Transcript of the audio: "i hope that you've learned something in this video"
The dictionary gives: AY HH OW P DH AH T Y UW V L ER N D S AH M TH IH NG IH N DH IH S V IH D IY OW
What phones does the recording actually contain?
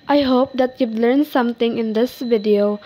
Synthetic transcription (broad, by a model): AY HH OW P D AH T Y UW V L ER N S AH M T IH NG IH N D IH S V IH D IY OW